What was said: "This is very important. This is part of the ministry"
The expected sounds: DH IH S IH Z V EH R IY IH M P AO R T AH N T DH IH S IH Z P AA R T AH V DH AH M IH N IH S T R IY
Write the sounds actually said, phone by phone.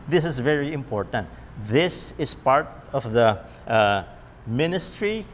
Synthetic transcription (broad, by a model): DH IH S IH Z V EH R IY IH M P AO R T AH N T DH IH S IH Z P AA R T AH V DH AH M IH N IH S T R IY